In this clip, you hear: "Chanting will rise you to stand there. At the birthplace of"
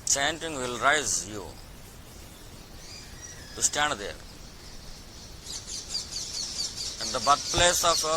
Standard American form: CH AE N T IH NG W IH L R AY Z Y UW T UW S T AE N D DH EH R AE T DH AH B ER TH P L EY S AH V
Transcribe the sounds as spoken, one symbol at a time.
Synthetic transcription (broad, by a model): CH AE N T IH NG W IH L R AY Z Y UW T UW S T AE N D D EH R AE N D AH B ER T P L EY S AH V